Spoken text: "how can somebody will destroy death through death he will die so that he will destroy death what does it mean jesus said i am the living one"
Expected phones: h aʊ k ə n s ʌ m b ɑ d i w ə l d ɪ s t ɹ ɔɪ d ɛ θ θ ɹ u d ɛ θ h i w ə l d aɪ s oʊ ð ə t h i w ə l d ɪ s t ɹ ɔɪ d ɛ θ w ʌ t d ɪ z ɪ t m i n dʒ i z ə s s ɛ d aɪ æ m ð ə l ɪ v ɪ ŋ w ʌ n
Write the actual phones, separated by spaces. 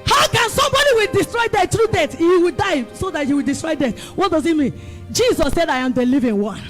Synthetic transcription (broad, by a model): h aʊ k ə n s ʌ m b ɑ d i w ə l d ɪ s t ɹ ɔɪ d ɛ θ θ ɹ u d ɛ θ h i w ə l d aɪ s oʊ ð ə t h i w ə l d ɪ s t ɹ ɔɪ d ɛ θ w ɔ t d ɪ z ɪ t m i n dʒ i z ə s s ɛ d aɪ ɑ m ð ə l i v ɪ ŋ w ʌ n